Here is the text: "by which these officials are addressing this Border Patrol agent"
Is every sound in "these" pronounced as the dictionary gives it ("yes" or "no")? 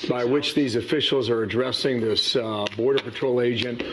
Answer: yes